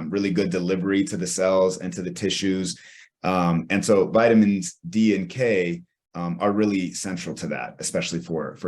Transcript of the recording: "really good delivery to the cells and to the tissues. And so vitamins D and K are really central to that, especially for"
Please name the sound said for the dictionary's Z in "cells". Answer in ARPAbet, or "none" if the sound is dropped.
Z